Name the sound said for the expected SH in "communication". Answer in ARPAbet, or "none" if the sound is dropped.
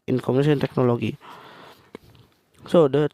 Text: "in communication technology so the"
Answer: none